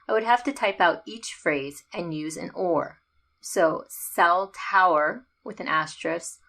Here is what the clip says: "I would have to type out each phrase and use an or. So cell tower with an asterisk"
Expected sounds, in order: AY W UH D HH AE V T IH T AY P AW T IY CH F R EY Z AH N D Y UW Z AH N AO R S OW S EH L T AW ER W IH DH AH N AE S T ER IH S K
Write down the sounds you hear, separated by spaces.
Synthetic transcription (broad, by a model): AY W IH D HH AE F T IH T AY P AW T IY CH F R EY Z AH N Y UW Z AH N AO R S OW S EH L T AW ER W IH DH AH N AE S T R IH S